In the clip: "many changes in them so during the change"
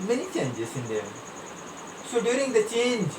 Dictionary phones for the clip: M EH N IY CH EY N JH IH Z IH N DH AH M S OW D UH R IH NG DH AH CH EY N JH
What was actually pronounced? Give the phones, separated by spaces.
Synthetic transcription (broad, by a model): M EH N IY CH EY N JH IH S IH N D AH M S OW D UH R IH NG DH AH CH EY N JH